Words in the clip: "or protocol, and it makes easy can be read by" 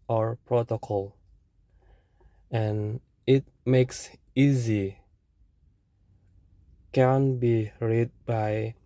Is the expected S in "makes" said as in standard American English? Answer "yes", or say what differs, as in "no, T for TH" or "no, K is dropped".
yes